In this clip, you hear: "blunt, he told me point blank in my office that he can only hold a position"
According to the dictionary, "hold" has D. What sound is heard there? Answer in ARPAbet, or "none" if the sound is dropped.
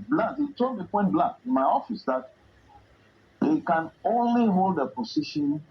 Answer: D